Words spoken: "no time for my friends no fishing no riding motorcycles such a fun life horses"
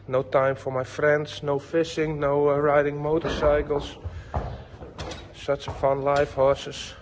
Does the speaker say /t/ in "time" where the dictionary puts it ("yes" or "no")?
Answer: yes